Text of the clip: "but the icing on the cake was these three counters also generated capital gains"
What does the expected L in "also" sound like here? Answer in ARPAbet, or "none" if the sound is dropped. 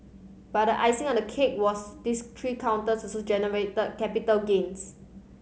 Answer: none